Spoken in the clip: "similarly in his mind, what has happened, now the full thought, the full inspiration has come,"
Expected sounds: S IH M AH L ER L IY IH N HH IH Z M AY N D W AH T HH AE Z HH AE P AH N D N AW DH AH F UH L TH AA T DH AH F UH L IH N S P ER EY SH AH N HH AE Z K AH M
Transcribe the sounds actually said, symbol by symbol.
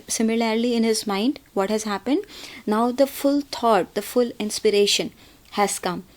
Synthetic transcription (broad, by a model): S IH M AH L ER L IY IH N HH IH Z M AY N D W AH T HH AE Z HH AE P AH N D N AW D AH F UH L T AA T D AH F UH L IH N S P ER EY SH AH N HH AE Z K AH M